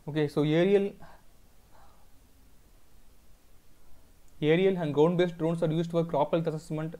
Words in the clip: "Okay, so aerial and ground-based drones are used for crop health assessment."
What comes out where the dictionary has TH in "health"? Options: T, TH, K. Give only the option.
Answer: T